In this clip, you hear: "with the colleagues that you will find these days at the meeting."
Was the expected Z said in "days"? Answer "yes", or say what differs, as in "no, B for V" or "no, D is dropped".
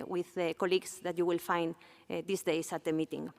no, S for Z